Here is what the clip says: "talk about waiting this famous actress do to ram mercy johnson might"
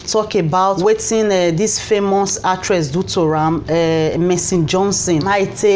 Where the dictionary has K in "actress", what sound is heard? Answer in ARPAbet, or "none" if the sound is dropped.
none